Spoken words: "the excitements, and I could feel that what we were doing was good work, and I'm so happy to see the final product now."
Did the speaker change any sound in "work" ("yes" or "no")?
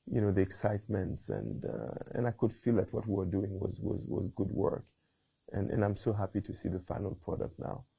no